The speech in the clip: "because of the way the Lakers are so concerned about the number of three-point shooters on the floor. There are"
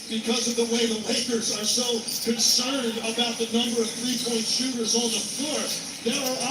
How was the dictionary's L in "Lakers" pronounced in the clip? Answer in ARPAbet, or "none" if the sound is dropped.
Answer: W